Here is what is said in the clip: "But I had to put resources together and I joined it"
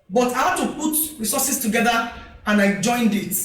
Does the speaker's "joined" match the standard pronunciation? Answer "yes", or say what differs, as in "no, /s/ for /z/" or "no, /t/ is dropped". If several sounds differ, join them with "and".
yes